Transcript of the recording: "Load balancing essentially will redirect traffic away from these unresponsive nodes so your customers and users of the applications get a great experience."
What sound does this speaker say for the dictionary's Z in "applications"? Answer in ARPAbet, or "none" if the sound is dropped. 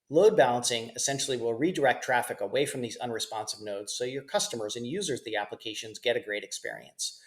Z